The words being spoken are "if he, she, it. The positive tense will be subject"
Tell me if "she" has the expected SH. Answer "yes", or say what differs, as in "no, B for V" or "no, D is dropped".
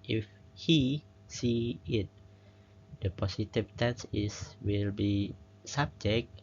no, S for SH